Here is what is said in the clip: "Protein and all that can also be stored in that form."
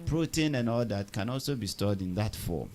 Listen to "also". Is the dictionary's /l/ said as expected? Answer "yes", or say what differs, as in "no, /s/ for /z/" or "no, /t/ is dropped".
yes